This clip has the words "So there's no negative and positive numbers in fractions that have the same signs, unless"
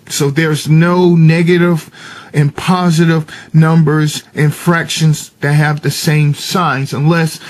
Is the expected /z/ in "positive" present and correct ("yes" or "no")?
yes